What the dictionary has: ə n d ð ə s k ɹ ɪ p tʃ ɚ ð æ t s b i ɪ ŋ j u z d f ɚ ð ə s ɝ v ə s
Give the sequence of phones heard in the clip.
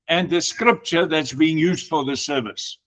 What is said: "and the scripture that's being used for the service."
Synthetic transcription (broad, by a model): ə n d ð ə s k ɹ ɪ p tʃ ɚ ð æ t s b i ɪ ŋ j u z d f ɚ ð ə s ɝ v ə s